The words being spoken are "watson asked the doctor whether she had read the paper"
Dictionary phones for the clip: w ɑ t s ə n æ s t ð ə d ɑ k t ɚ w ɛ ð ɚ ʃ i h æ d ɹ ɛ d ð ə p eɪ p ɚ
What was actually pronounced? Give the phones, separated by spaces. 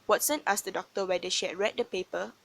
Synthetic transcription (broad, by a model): w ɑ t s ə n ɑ s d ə d ɑ k t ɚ w ɛ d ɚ ʃ i h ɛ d ɹ ɛ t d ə p eɪ p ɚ